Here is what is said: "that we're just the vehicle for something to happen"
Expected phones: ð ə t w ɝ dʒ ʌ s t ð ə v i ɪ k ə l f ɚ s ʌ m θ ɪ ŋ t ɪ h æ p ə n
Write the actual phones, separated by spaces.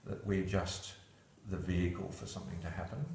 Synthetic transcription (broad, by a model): ð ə t w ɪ dʒ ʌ s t ð ə v i ɪ k ə l f ɚ s ʌ m θ ɪ ŋ t ɪ h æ p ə n